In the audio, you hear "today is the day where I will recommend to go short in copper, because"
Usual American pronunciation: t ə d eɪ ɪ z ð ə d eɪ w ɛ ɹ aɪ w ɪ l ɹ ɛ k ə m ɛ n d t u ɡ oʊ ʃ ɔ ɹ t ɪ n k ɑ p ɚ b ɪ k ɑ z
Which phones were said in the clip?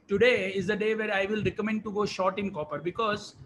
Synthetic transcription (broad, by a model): t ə d eɪ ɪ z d ə d eɪ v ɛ ɹ aɪ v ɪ l ɹ ɛ k ə m ɛ n d t u ɡ oʊ ʃ ɔ ɹ t ɪ n k ɑ p ɚ b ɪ k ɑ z